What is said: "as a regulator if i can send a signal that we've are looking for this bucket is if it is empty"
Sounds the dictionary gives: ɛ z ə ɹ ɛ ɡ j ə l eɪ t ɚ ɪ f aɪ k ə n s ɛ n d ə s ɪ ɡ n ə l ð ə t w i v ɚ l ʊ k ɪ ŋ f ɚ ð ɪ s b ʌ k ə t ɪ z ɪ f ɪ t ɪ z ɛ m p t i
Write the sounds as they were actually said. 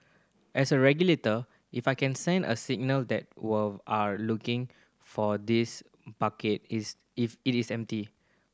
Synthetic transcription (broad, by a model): ɛ s ə ɹ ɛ ɡ j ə l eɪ t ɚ ɪ f aɪ k ə n s ɛ n d ə s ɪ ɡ n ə l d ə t w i ɑ l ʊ k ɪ ŋ f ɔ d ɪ s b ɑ k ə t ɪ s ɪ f ɪ t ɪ s ɛ m p t i